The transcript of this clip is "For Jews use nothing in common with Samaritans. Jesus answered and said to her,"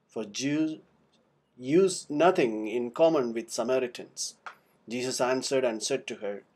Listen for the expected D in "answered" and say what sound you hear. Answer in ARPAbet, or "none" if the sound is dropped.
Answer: D